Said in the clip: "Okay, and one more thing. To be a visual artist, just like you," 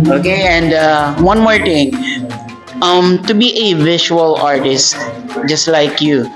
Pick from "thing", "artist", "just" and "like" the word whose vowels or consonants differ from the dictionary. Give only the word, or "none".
thing